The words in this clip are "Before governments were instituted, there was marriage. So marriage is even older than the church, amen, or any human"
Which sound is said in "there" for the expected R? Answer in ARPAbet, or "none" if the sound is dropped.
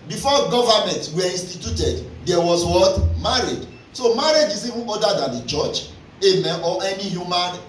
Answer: W